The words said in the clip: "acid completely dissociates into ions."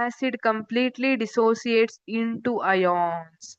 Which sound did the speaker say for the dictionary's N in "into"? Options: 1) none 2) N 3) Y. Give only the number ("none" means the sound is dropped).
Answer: 2